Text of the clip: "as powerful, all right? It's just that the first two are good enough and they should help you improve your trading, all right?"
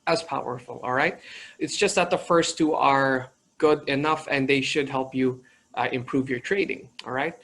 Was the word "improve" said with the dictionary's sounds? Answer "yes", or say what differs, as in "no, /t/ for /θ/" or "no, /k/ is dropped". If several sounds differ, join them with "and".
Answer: yes